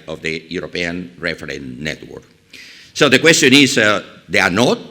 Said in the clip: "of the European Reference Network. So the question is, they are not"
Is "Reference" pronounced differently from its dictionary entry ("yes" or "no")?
yes